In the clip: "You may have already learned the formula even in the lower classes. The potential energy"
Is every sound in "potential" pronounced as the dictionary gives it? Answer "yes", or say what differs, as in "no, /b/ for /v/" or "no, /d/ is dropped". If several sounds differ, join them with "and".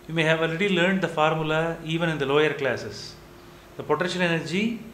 no, /n/ is dropped